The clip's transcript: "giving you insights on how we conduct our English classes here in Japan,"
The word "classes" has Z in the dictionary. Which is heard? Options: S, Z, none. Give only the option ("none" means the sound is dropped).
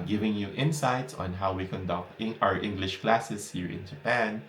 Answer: S